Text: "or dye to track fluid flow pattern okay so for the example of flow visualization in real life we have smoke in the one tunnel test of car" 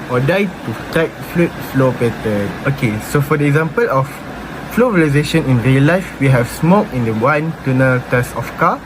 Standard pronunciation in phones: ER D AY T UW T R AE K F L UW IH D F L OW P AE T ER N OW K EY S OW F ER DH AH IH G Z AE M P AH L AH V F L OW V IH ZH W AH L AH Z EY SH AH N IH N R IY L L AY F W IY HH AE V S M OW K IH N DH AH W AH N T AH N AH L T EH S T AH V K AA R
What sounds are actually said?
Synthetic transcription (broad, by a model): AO D AY T UW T EH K F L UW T F L OW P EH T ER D OW K EY S OW F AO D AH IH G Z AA M P AH L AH F L OW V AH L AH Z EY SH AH N IH N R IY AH L AY F W IY HH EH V S M OW K IH N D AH W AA N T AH N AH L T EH S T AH F K AA